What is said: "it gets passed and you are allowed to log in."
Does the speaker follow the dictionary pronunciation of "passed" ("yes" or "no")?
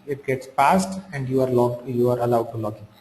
yes